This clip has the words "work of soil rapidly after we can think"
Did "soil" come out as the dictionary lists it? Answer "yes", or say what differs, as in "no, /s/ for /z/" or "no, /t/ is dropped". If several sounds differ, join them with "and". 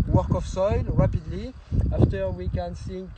yes